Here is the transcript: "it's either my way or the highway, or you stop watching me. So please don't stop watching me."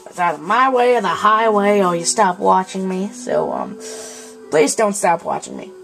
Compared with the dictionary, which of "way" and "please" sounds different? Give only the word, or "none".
none